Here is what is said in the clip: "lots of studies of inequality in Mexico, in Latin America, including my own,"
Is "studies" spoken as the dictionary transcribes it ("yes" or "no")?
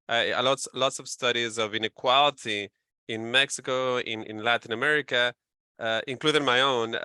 yes